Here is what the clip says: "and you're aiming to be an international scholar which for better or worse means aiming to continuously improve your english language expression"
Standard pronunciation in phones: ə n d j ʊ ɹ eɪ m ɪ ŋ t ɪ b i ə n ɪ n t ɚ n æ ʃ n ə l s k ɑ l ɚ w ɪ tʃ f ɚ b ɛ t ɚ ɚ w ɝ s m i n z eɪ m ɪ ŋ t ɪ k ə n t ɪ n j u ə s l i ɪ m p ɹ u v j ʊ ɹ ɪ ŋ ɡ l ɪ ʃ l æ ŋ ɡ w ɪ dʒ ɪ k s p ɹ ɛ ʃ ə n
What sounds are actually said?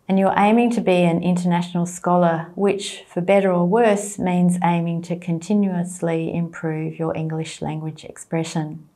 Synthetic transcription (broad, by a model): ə n j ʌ ɹ eɪ m ɪ ŋ t ɪ b i ə n ɪ n t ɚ n æ ʃ n l s k ɑ l ɚ w ɪ tʃ f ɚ b ɛ t ɚ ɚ w ɝ s m i n z eɪ m ɪ ŋ t ɪ k ə n t ɪ n j u ə s l i ɪ m p ɹ u v j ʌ ɹ ɪ ŋ ɡ l ɪ ʃ l æ ŋ ɡ w ɪ dʒ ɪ k s p ɹ ɛ ʃ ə n